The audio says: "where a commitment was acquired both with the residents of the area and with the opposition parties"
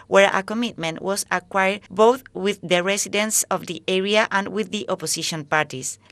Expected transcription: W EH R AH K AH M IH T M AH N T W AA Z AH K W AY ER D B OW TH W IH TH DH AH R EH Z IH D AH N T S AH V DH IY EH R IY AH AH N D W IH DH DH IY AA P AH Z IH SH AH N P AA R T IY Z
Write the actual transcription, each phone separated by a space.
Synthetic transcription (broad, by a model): W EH R AH K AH M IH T M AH N T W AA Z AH K W AY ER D B OW TH W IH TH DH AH R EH S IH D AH N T S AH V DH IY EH R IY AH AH N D W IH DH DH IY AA P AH S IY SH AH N P AA R T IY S